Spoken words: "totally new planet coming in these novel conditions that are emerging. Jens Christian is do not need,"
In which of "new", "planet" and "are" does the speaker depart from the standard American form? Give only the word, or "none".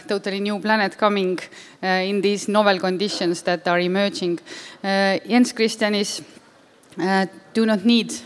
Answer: none